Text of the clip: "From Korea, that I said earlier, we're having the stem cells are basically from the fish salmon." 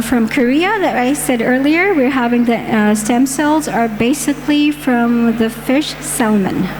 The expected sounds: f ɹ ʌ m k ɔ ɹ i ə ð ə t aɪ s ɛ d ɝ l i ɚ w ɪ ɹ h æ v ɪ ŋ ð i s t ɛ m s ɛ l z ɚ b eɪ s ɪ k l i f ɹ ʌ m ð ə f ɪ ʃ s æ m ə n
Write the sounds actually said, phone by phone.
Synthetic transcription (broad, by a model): f ɹ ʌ m k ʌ ɹ i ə ð ə t aɪ s ɛ d ɝ l i ɚ w ɪ ɹ h æ v ɪ ŋ ð i s t ɛ m s ɛ l z ɚ b eɪ s ɪ k l i f ɹ ʌ m ð ə f ɪ ʃ s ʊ m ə n